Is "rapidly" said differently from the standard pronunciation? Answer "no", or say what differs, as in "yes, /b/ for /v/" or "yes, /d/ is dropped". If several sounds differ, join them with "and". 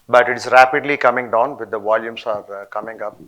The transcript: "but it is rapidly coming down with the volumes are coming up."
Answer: no